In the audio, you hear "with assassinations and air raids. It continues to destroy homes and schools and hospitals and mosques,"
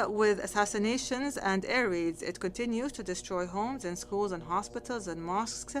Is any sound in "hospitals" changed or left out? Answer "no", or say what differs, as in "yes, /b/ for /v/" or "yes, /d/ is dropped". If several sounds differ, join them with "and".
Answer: no